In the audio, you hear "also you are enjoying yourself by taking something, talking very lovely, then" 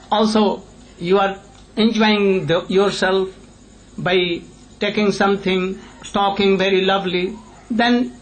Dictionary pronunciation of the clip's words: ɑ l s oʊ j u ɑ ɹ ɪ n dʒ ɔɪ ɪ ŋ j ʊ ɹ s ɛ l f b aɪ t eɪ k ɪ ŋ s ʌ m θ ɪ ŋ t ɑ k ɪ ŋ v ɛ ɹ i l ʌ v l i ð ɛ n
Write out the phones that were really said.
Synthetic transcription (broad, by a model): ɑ l s oʊ j u ɑ ɹ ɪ n dʒ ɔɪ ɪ ŋ j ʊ ɹ s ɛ l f b aɪ t eɪ k ɪ ŋ s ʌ m t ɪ ŋ t ɑ k ɪ ŋ v ɛ ɹ i l ʌ v l i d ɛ n